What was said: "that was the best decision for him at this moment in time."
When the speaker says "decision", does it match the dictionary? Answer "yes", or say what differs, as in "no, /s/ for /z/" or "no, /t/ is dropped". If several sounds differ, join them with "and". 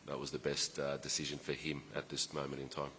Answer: yes